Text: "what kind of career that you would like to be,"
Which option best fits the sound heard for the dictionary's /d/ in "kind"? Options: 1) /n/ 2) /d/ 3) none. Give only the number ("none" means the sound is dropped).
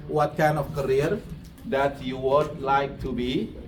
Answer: 3